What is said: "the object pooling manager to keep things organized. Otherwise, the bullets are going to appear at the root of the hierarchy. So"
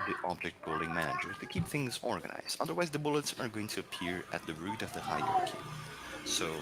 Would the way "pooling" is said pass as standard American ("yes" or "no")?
no